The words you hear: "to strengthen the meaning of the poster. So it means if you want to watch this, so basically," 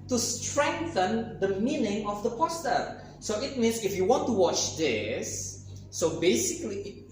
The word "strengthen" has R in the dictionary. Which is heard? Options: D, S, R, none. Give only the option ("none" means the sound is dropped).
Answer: R